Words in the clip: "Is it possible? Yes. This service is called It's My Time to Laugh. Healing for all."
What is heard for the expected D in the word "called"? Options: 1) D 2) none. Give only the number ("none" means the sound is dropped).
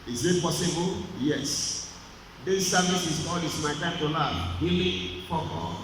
2